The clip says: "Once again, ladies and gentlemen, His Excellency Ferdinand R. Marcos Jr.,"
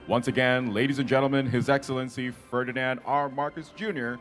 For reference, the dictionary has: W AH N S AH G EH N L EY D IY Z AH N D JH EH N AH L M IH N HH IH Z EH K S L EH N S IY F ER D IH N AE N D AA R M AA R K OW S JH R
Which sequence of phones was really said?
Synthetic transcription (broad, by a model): W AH N S AH G EH N L EY D IY Z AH N JH EH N L M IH N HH IH Z EH K S L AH N S IY F ER D IH N AE N D AA R M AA R K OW S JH R